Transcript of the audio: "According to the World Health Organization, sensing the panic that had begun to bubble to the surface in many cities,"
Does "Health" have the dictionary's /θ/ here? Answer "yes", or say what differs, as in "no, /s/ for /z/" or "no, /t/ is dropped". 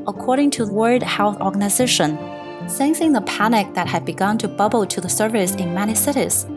yes